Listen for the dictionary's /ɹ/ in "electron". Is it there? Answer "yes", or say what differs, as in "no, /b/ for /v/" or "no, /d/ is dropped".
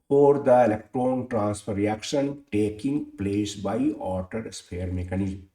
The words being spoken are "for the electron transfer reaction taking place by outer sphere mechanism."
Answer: yes